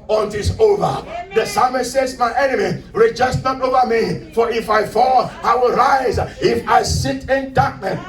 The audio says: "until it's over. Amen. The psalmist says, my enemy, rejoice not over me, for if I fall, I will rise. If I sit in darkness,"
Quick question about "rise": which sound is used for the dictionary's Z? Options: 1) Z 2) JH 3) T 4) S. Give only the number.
1